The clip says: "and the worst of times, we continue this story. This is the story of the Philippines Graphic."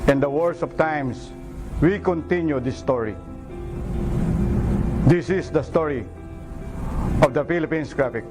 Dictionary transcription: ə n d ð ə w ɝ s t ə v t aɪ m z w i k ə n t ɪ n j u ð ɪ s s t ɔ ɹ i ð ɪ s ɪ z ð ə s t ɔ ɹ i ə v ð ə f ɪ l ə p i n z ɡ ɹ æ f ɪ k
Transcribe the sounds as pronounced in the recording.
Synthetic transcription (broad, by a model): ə n d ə w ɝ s ə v t aɪ m s w i k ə n t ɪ n j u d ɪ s s t ɔ ɹ i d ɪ s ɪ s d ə s t ɔ ɹ i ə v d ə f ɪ l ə p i n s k ɹ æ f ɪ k